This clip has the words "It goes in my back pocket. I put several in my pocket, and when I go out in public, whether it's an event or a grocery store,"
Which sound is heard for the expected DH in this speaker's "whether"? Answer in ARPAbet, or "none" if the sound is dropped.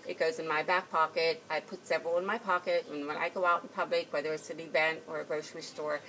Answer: DH